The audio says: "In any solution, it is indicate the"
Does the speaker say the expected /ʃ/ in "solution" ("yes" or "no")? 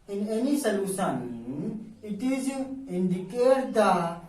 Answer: no